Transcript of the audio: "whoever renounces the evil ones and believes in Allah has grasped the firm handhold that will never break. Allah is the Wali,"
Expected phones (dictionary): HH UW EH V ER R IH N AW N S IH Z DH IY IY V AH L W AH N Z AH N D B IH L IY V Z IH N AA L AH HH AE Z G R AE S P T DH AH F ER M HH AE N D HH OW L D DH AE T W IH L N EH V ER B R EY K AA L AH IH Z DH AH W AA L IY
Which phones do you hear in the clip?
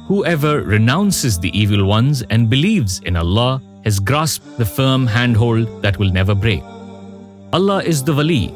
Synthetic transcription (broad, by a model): HH UW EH V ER R IH N AW N S IH Z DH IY IY V AH L W AH N Z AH N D B IH L IY V Z IH N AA L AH HH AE Z G R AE S P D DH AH F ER M HH AE N D HH OW L D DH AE T W IH L N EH V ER B R EY K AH L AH IH Z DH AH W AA L IY